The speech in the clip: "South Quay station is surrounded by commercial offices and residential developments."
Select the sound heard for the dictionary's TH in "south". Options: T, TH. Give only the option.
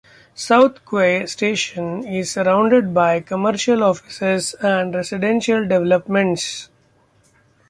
T